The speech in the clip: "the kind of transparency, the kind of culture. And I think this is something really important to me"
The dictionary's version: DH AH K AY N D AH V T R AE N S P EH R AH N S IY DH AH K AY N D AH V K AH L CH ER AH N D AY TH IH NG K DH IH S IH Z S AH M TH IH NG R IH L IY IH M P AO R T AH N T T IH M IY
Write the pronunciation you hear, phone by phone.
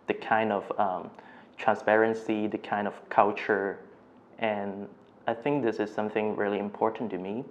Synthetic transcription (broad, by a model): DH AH K AY N D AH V T R AE N S P EH R AH N S IY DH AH K AY N D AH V K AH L CH ER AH N AY TH IH NG K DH IH S IH Z S AH M TH IH NG R IH L IY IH M P AO R T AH N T T IH M IY